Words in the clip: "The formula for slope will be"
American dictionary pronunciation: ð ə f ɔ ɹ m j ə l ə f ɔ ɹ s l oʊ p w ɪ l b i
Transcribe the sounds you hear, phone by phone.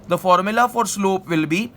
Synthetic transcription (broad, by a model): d ə f ɔ ɹ m j ə l ə f ɔ ɹ s l oʊ p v ɪ l b i